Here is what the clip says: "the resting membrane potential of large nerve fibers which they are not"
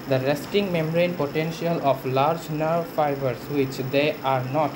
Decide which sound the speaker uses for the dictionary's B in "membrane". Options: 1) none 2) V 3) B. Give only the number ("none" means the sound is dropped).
1